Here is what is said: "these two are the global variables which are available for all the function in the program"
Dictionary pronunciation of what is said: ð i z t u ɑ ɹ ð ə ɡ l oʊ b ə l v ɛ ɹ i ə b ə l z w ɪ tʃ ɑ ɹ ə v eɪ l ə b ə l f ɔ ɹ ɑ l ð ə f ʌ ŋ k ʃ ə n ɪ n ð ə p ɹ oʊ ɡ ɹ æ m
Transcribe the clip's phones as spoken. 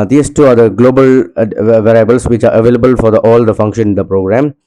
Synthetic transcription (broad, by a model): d i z t u ɑ ɹ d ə ɡ l oʊ b ə l v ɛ ɹ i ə b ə l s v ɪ tʃ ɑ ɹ ə v eɪ l ə b ə l f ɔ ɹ ɑ l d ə f ʌ ŋ k ʃ ə n ɪ n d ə p ɹ oʊ ɡ ɹ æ m